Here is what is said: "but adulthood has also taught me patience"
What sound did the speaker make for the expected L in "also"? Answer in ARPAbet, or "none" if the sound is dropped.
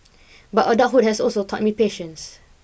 L